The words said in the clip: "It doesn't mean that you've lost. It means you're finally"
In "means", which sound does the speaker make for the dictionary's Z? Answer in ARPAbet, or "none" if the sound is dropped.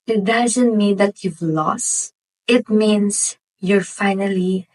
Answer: S